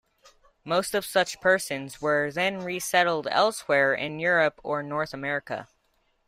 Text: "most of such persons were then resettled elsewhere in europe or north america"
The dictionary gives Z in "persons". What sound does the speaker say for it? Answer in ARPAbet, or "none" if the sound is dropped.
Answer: Z